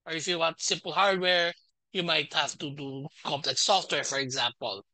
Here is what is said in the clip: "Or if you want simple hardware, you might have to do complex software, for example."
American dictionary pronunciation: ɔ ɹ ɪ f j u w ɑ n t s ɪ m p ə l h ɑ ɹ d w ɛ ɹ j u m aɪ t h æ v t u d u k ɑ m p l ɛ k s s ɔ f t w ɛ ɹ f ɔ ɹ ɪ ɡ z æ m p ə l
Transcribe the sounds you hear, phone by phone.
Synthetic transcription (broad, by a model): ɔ ɹ ɪ f j u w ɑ t s ɪ m p ə l h ɑ ɹ d w ɛ ɹ j u m aɪ t h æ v t u d u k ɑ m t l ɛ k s s ɔ f t w ɛ ɹ f ɔ ɹ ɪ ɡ z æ m p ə l